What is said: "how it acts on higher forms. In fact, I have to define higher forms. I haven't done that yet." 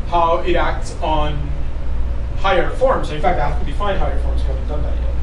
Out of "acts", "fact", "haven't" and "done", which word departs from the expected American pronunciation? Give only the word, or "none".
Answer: haven't